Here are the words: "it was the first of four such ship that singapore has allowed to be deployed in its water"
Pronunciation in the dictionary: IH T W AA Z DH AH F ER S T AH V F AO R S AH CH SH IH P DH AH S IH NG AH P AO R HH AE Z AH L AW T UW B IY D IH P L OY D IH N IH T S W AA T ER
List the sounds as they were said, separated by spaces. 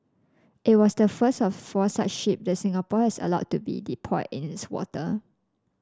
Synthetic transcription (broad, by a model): IH T W AA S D AH F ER S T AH F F AO S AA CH SH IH P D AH S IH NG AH P AO HH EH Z AH L AW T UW B IY D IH P OY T IH N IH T S W AA T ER